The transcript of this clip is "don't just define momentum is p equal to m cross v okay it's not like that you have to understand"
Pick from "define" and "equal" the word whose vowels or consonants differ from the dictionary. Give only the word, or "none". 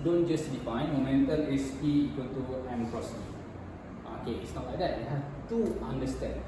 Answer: equal